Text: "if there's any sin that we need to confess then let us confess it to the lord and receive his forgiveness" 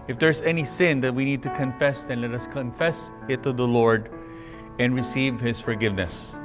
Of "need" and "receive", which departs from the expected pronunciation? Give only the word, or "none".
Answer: none